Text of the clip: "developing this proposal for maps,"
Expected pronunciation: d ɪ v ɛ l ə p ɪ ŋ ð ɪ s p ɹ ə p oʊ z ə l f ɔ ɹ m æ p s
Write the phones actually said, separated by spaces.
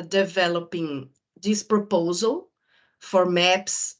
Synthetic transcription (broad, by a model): d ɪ v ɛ l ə p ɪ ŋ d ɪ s p ɹ ə p oʊ z ə l f ɔ ɹ m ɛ p s